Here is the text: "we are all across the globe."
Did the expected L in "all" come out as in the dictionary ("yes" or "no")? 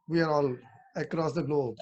yes